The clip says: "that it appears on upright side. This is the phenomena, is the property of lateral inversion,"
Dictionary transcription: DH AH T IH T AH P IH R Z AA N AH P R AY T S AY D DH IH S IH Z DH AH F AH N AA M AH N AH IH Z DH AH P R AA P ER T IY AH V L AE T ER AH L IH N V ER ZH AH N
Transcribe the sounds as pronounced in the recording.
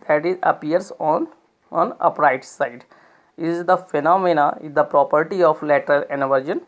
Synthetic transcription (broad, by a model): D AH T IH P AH AH R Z AA N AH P R AY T S AY D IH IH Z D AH F AH N AA M AH N AH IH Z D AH P R AA P ER T IY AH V L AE T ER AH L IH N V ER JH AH N